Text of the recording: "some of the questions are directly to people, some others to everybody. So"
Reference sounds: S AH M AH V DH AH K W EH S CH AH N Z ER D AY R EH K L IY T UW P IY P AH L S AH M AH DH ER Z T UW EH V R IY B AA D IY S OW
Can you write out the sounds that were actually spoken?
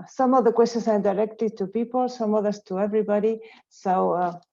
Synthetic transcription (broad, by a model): S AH M AH V DH AH K W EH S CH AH N S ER D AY R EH K L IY T UW P IY P AH L S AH M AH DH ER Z T UW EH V R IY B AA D IY S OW